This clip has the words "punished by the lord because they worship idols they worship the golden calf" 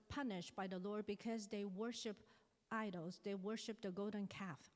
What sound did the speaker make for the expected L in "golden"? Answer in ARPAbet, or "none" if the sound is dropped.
none